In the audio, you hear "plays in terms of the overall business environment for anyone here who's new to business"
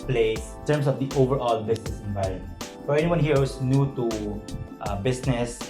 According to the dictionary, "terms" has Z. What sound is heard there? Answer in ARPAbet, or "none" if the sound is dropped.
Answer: S